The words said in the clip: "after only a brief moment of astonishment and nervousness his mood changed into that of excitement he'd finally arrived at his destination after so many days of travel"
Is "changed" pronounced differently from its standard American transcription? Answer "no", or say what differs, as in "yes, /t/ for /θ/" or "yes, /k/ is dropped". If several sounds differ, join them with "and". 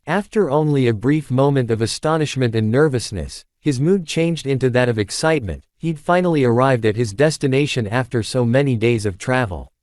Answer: no